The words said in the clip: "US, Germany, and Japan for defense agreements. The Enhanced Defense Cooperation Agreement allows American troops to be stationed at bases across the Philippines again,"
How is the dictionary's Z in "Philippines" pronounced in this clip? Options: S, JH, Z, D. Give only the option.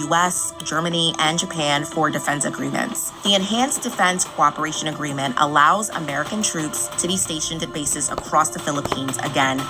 Z